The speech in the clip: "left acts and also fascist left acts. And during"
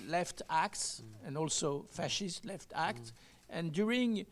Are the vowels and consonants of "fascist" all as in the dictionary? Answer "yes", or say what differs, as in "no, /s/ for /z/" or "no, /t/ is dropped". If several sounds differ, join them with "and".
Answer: yes